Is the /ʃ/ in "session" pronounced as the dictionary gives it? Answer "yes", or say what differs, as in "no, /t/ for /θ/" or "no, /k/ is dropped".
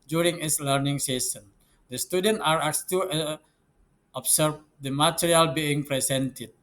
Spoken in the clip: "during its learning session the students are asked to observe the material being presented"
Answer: no, /s/ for /ʃ/